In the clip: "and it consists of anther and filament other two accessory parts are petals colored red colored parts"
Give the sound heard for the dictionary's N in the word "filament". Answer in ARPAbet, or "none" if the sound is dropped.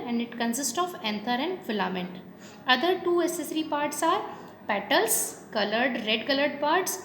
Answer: N